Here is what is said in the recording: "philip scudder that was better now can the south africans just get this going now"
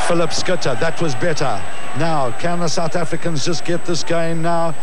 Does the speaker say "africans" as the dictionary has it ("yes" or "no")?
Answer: yes